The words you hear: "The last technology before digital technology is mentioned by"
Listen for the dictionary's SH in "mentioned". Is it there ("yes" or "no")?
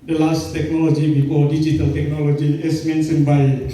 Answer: no